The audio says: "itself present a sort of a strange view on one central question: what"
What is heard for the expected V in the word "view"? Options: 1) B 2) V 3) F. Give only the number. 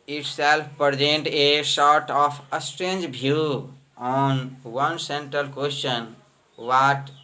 1